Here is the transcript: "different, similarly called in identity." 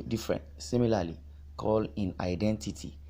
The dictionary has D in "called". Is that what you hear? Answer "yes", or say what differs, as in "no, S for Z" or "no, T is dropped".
no, D is dropped